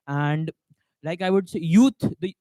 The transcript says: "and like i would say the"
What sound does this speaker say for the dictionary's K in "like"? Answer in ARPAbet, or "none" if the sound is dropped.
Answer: K